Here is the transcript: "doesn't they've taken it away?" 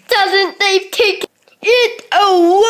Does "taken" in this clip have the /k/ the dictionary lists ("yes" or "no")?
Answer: no